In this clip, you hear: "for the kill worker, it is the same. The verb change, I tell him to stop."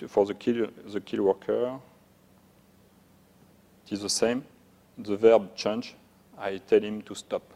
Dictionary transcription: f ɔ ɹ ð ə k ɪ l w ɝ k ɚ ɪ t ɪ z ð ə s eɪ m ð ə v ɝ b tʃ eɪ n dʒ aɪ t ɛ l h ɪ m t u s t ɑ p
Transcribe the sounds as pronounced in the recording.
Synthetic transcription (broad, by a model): f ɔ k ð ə k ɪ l w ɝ k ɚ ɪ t ɪ z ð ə s eɪ m ð ə v ɝ b tʃ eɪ n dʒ aɪ t ɛ l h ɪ m t u s t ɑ p